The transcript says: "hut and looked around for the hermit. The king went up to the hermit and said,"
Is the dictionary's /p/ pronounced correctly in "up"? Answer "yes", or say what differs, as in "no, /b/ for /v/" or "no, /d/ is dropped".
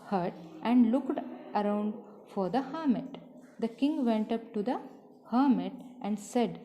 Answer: yes